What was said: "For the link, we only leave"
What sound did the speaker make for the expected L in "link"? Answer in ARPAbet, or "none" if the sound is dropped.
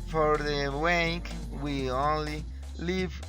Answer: W